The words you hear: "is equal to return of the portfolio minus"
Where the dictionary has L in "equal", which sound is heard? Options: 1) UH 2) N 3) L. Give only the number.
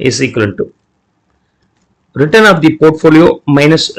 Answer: 2